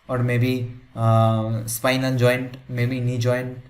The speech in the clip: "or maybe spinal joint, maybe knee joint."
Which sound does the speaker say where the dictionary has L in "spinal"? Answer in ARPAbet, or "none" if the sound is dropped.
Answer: N